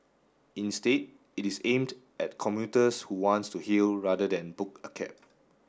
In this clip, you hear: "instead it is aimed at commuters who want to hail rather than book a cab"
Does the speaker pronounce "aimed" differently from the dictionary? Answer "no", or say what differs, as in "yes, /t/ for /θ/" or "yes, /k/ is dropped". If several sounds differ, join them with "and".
no